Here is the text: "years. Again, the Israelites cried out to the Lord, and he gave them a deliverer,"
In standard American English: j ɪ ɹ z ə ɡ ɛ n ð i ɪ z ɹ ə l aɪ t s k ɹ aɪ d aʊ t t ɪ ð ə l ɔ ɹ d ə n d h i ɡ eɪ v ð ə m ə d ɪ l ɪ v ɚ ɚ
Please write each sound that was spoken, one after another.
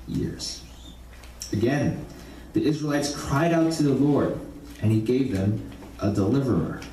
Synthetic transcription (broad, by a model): j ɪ ɹ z ə ɡ ɛ n ð i ɪ z ɹ ə l aɪ t s k ɹ aɪ d aʊ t t ɪ ð ə l ɔ ɹ d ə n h i ɡ eɪ v ð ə m ə d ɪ l ɪ v ɚ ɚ